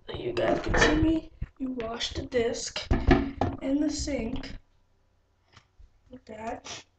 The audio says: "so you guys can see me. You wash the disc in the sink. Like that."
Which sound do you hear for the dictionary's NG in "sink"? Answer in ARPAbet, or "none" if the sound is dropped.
NG